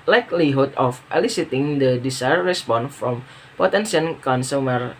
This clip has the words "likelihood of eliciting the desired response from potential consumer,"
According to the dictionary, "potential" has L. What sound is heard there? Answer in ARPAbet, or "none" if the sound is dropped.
N